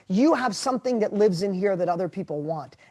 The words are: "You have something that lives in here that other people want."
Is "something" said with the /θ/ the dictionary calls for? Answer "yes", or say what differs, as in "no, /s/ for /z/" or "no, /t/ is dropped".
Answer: yes